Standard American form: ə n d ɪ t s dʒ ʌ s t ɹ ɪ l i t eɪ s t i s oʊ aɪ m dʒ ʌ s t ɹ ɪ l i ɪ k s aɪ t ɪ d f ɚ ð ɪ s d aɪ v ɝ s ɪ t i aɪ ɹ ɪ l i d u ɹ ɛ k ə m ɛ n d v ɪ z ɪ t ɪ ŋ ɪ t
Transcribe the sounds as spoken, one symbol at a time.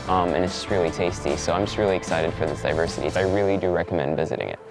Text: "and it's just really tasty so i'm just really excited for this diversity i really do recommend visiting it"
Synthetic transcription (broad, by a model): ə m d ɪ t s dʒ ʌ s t ɹ ɪ l i t eɪ s t i s oʊ aɪ m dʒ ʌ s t ɹ ɪ l i ɪ k s aɪ t ɪ d f ɚ ð ɪ s d aɪ v ɝ s ɪ t i aɪ ɹ ɪ l i d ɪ ɹ ɛ k ə m ɛ n d v ɪ z ɪ t ɪ ŋ ɪ t